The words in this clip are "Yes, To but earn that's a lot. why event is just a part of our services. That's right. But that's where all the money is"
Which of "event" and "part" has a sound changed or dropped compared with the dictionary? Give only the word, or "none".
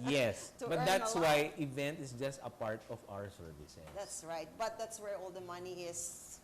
none